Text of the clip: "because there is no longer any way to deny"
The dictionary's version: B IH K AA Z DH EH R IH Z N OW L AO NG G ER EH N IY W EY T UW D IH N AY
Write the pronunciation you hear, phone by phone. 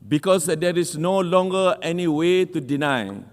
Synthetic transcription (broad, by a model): B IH K AA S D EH R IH S N OW L AO NG G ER EH N IY W EY T UW D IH N AY